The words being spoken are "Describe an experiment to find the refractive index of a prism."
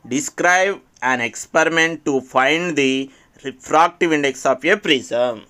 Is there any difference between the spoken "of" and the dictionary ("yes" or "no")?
yes